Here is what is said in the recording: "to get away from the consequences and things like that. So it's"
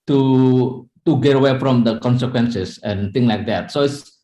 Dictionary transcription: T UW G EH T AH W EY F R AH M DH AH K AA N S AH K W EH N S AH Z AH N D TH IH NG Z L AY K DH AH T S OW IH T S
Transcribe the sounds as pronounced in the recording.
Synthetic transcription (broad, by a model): T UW G EH T AH W EY F R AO M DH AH K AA N S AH K W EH N S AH S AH N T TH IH NG L AY K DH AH T S OW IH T S